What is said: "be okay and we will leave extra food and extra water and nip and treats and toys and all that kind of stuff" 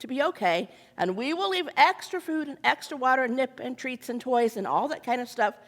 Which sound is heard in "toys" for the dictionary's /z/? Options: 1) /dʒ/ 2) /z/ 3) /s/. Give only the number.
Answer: 2